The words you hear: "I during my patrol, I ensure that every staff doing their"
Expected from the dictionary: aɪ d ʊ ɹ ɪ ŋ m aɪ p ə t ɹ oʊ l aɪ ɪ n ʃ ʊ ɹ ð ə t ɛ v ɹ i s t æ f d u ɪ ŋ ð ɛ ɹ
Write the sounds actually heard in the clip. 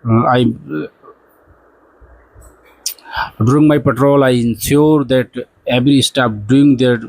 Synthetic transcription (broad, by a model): aɪ d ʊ ɹ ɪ ŋ m aɪ p ə t ɹ oʊ l aɪ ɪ n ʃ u ɹ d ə t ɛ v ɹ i s t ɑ p d u ɪ ŋ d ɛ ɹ